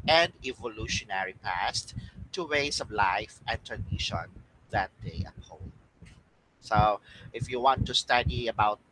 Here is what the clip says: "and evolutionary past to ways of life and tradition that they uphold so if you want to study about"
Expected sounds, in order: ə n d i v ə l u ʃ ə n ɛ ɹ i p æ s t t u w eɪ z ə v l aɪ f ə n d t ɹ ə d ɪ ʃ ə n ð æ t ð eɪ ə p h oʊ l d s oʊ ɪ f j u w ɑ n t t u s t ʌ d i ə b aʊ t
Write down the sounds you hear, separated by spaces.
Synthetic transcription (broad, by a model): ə n d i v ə l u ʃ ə n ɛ ɹ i p æ s t t u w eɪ s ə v l aɪ f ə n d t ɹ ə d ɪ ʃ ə n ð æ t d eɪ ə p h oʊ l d s oʊ ɪ f j u w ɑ n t t u s t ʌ d i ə b aʊ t